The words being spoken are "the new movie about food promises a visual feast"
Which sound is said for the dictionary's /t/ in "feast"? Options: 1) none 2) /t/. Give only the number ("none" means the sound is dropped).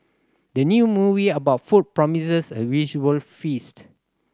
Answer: 2